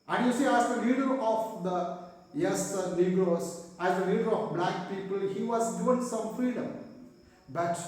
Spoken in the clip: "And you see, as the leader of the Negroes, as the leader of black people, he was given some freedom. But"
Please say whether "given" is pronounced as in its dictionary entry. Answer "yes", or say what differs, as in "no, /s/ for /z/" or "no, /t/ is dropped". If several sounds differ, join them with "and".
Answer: no, /v/ is dropped